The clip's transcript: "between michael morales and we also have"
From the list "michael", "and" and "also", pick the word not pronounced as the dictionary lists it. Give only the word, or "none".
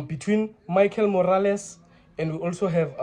none